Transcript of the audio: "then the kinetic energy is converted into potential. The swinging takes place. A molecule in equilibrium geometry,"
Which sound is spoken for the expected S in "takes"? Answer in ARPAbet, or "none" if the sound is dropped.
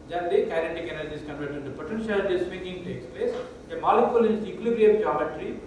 S